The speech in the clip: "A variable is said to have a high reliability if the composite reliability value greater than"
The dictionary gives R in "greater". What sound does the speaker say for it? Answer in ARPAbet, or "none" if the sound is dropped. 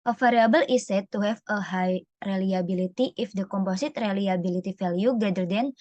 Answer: none